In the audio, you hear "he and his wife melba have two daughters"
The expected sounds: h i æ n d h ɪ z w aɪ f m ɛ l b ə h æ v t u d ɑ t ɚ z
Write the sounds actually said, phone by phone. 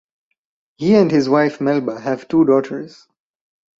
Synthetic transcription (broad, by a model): h i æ n d h ɪ z w aɪ f m ɛ l b ə h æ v t u d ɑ t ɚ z